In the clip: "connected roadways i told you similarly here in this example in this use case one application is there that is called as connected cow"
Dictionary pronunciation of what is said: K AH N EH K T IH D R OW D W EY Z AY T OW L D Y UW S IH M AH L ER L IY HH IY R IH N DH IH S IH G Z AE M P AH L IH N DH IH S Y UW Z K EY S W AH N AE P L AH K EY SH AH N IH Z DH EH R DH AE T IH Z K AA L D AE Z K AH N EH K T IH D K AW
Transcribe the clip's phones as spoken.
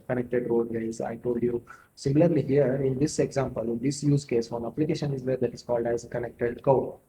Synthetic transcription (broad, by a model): K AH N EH K T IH D R OW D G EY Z AY T OW L D Y UW S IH M L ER L IY HH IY R IH N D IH S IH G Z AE M P AH L IH N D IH S Y UW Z K EY S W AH N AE P L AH K EY SH AH N IH Z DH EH R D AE T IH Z K AA L D AE Z K AH N EH K T IH D K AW